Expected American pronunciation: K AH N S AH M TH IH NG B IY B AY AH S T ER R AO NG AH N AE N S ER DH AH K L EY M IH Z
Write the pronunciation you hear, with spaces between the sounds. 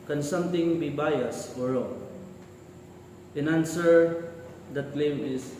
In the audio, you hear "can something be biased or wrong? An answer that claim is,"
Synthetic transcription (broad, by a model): K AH N S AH M T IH NG B IY B AY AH S AO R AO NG AH N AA N S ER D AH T L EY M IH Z